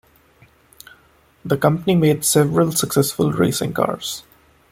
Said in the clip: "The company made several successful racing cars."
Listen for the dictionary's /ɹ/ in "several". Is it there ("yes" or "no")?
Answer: yes